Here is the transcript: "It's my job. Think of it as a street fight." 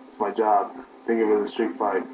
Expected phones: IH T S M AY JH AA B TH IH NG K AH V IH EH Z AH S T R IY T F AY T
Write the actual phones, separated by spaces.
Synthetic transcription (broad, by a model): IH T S M AY JH AA B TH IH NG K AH W IH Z AH S T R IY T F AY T